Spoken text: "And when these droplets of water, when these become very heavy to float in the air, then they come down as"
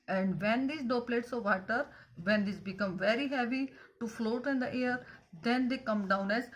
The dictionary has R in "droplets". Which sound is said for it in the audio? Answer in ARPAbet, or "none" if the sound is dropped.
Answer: none